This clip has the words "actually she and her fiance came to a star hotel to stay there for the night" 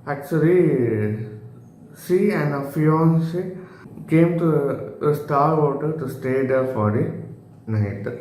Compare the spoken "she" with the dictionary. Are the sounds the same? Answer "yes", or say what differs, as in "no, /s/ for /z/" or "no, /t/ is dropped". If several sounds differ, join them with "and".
no, /s/ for /ʃ/